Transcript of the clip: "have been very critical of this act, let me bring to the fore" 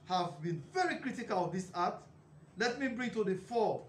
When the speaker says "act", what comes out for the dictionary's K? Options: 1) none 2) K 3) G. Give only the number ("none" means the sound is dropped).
1